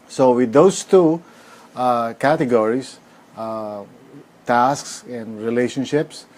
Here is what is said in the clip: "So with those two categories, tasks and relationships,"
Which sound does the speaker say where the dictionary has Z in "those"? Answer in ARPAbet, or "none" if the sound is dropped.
S